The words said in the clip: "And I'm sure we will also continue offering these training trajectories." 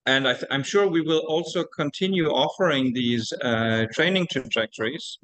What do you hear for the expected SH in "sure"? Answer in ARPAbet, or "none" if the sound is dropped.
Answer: SH